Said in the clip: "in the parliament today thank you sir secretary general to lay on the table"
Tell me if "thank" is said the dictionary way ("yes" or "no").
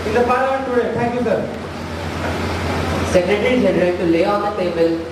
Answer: no